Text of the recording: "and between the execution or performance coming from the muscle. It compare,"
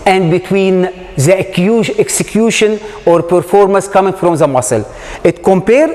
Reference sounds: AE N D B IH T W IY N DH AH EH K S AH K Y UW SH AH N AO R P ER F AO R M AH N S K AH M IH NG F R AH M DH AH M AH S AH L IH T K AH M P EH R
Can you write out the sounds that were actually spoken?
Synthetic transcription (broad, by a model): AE N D B IH T W IY N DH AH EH K S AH K Y UW SH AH N AO R P ER F AO R M AH N S K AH M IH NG F R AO M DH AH M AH S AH L IH T K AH M P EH R